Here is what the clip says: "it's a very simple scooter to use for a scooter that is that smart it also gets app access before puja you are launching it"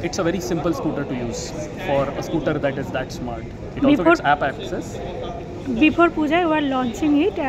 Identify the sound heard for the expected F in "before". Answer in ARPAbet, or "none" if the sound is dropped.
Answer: P